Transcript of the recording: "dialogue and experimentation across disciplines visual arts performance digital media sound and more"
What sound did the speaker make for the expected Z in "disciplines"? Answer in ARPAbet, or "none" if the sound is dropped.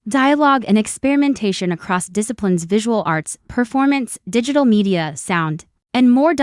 Z